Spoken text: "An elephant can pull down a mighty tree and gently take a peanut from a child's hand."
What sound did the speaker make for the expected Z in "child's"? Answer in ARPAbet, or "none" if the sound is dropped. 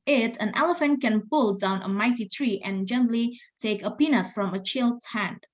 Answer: none